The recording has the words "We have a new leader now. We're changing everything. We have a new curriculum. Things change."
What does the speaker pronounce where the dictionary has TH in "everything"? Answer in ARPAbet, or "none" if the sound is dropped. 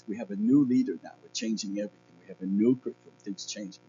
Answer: TH